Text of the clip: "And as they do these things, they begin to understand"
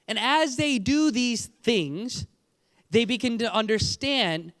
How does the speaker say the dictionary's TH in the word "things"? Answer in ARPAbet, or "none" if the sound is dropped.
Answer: TH